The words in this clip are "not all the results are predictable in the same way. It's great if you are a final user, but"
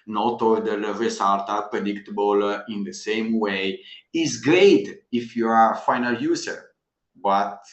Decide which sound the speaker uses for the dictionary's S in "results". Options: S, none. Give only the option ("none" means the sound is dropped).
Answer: none